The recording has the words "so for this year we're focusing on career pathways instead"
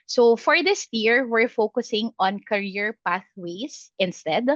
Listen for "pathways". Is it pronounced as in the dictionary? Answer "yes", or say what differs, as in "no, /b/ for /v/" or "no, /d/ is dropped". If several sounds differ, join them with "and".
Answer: no, /s/ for /z/